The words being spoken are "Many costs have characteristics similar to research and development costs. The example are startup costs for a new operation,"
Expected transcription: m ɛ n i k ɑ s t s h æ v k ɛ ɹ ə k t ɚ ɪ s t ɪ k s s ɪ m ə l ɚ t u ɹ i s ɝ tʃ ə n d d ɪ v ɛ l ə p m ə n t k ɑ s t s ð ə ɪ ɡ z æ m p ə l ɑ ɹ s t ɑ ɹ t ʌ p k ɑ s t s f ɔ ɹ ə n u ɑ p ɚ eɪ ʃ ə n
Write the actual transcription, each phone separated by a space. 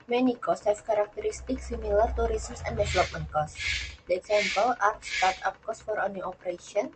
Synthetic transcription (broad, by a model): m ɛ n i k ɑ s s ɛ f k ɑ ɹ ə k t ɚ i s t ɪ k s s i m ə l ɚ t u ɹ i s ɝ s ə n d d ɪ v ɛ l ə p m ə n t k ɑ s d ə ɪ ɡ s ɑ m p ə l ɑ ɹ s t ɑ ɹ t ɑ p k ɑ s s f ɔ ɹ ə n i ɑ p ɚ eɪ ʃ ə n